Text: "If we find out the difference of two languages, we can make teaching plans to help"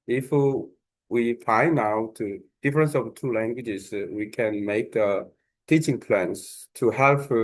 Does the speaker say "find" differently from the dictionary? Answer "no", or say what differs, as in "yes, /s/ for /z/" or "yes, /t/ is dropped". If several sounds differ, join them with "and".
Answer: yes, /d/ is dropped